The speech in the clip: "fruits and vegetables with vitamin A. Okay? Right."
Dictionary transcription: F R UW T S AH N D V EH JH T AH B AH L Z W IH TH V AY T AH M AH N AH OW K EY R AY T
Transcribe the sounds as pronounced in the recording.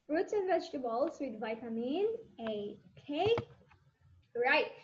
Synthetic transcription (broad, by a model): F R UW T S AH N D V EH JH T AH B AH L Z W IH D V AY T AH M AH N AH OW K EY R AY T